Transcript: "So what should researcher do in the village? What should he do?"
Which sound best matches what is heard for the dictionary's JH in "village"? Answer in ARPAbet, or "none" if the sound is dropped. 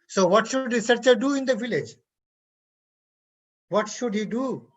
JH